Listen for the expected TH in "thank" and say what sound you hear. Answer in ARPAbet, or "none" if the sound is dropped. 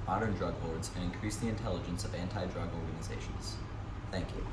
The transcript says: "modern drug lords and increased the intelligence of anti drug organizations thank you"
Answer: TH